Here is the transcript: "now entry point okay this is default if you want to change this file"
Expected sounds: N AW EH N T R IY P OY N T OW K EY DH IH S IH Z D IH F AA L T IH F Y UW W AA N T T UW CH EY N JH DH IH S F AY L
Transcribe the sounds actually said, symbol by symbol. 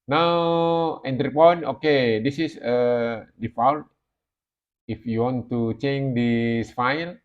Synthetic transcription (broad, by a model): N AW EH N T R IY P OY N OW K EY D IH S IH S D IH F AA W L IH F Y UW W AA N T T UW CH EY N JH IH S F AY L